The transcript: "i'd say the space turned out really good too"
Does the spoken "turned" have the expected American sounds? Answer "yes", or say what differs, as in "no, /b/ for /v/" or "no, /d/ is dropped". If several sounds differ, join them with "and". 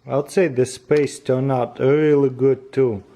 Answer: no, /d/ is dropped